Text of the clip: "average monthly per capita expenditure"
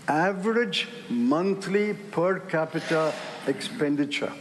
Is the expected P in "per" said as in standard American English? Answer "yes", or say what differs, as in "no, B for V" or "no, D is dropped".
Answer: yes